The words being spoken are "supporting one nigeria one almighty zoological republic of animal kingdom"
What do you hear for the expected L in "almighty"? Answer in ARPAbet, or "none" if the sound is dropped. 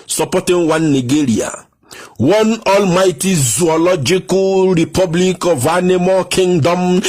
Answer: L